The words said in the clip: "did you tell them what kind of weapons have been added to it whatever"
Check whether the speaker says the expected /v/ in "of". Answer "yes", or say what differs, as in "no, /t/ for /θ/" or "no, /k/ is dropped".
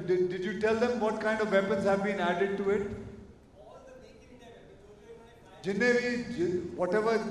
yes